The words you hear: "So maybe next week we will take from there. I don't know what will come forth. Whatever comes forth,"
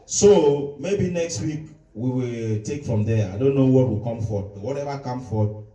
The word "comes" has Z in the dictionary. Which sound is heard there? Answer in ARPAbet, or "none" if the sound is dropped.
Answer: none